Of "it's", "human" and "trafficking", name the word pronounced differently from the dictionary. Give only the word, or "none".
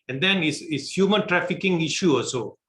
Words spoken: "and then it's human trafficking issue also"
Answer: it's